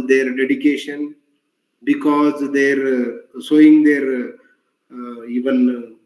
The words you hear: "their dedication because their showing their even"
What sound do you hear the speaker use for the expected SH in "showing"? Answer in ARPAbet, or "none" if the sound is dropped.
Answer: S